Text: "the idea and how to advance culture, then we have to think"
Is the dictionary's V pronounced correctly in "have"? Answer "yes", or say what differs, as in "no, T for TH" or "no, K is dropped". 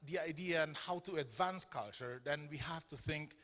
no, F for V